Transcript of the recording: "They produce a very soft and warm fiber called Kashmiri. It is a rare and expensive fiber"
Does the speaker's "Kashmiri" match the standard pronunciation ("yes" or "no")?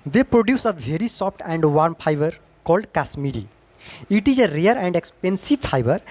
no